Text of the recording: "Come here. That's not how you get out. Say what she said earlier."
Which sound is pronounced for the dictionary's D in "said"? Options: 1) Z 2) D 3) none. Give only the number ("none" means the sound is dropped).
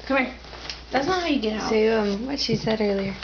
2